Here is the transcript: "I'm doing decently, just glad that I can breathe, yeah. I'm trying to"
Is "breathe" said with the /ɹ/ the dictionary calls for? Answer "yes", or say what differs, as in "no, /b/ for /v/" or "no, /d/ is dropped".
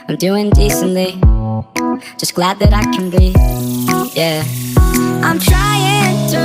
no, /ɹ/ is dropped